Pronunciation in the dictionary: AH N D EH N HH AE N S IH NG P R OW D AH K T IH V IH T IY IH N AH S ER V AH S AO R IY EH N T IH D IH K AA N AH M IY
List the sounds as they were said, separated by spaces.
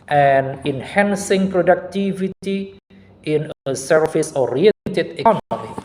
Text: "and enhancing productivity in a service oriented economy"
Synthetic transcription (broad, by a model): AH N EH N HH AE N S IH NG P R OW D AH K T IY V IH T IY IH N AH S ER F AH S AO R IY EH T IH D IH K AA N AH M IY